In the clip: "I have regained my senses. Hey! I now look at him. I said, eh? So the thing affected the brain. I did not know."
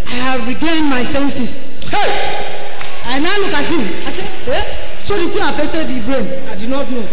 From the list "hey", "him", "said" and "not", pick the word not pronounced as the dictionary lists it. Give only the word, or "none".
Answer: said